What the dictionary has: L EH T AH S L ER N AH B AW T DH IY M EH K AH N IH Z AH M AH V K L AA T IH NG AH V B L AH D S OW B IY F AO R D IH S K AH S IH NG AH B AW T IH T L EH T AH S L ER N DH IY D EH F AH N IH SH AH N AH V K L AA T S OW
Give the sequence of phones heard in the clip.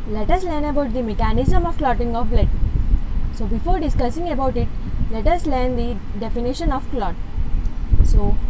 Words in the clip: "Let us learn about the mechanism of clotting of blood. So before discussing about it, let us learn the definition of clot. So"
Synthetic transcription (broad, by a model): L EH T AH S L ER N AH B AW T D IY M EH K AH N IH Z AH M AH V K L AA T IH NG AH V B L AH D S OW B IY F AO R D IH S K AH S IH NG AH B AW T IH T L EH T AH S L ER N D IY D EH F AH N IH SH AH N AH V K L AA T S OW